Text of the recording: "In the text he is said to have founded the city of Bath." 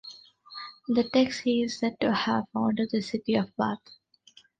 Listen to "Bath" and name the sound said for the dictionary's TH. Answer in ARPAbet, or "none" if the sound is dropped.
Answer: T